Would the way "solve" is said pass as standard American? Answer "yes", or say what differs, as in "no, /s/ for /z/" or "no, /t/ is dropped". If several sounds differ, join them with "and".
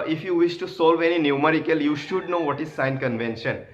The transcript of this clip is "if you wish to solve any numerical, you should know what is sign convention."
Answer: yes